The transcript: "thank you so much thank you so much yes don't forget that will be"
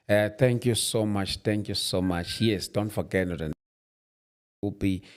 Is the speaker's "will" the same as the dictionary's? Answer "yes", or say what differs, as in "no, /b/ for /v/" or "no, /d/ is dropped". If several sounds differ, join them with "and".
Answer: no, /n/ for /l/